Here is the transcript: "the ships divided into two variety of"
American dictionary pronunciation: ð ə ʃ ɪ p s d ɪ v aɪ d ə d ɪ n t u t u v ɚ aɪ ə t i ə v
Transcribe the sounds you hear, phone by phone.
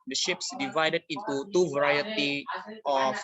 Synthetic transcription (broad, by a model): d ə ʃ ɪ p s d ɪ v aɪ d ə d ɪ n t u t u v ɚ aɪ ə t i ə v